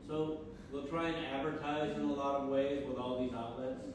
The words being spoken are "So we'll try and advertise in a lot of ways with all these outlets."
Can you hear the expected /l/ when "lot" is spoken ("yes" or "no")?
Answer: yes